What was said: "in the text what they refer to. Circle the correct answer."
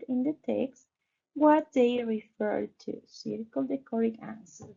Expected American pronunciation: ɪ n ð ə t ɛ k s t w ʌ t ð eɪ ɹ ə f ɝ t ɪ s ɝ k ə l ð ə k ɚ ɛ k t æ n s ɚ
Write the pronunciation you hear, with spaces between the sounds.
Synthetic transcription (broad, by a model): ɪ n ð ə t ɛ k s t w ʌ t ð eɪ ɹ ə f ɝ t ɪ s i k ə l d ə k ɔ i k æ n s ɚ